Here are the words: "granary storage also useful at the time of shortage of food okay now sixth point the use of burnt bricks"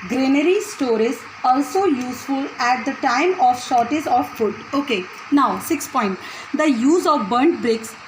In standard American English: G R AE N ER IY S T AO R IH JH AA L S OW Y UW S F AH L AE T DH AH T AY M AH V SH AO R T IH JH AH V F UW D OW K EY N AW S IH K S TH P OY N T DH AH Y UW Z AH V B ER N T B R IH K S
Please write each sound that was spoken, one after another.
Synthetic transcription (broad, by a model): G R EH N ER IY S T AO R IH Z AA L S OW Y UW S F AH L AE T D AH T AY M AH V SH AO R T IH Z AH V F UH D OW K EY N AW S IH K S P OY N T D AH Y UW Z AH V B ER N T B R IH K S